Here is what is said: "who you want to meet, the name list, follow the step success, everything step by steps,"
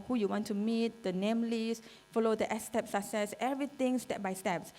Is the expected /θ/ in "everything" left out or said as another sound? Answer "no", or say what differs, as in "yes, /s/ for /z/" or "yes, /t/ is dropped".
yes, /t/ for /θ/